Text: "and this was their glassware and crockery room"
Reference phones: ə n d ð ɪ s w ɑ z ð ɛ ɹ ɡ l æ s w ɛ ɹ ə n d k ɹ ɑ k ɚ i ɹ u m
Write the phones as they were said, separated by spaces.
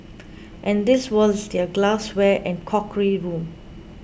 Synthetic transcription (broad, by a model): ə n d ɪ s w ɑ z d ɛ ɡ l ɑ s w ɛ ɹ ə n k ɑ k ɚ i ɹ u m